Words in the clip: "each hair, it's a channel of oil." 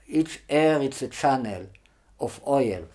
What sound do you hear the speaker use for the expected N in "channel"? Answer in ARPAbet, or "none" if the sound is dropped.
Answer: N